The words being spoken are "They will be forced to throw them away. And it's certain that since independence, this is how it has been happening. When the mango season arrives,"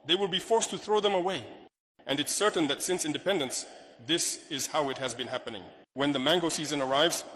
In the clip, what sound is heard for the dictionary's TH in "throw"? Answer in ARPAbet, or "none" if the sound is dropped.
TH